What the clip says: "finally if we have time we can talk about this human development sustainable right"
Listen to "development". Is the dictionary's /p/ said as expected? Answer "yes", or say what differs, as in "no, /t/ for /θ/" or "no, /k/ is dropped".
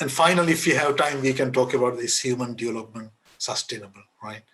yes